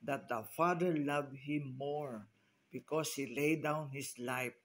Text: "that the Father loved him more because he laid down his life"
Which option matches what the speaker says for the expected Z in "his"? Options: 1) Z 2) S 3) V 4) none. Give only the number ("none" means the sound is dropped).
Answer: 2